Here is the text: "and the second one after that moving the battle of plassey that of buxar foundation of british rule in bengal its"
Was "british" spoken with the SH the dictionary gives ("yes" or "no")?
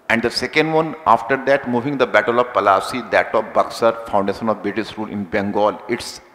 no